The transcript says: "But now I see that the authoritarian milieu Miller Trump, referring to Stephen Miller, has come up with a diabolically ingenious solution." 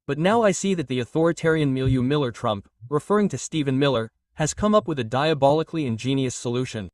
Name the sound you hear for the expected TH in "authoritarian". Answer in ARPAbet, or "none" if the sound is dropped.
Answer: TH